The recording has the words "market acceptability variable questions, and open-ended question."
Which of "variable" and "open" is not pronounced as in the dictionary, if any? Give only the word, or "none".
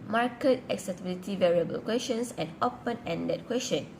none